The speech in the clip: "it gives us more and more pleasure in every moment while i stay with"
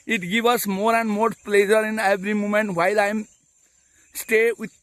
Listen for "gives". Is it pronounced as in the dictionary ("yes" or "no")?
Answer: no